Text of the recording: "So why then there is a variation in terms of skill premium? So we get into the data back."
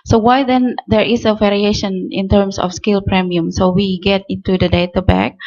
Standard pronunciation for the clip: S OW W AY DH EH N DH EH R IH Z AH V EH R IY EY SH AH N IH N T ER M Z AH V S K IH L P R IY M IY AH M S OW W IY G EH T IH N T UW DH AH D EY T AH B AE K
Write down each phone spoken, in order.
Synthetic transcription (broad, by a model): S OW W AY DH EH N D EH R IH S AH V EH R IY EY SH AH N IH N T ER M S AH F S K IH L P R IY M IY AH M S OW W IY G EH T IH N T UW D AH D EY T AH B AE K